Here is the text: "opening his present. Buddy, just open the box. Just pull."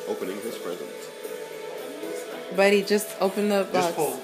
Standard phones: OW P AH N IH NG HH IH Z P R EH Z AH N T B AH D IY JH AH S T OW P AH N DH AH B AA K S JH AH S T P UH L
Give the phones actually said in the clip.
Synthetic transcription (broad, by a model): OW P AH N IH NG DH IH S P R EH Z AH N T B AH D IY JH AH S T OW P AH N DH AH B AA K